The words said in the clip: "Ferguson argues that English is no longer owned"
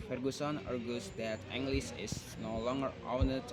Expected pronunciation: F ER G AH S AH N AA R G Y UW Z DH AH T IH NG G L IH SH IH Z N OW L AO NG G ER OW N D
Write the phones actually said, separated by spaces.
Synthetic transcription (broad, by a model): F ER G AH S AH N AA R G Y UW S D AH T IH NG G L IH S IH S N OW L AO NG G ER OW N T